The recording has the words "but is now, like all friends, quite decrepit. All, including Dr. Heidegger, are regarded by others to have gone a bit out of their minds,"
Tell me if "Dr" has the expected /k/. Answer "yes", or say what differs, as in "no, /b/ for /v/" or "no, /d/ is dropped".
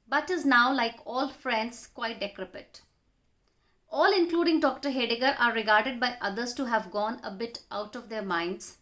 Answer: yes